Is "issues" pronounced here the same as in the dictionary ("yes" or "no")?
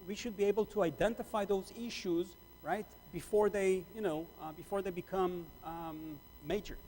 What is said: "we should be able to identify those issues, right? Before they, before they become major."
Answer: yes